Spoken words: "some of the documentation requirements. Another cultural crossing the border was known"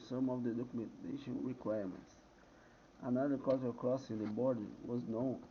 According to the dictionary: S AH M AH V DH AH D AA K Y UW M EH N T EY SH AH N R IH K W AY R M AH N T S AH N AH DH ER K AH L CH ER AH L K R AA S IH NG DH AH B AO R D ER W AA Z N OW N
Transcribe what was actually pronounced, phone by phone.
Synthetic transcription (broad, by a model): S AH M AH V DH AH D AA K Y UW M EH N T EY SH AH N R IH K W AY R M AH N T S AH N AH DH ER K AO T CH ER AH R K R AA S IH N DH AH B AO R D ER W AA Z N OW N